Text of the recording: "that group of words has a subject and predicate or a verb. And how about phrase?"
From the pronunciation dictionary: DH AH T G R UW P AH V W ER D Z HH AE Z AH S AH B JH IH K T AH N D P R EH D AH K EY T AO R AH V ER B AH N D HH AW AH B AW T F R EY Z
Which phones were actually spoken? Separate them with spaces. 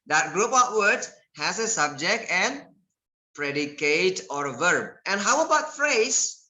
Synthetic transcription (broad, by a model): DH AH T G R UW P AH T W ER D HH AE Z AH S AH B JH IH K T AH N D P R EH D AH K EY T AO R AH V ER B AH N HH AW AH B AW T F R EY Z